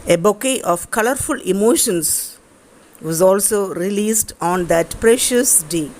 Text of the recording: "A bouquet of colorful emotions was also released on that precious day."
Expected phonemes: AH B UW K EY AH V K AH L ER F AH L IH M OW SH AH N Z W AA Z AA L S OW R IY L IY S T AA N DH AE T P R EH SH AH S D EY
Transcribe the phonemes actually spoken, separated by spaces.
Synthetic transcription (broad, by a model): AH B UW K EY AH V K AH L ER F AH L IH M OW SH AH N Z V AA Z AA L S OW R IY L IY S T AA N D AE T P R EH SH AH S D EY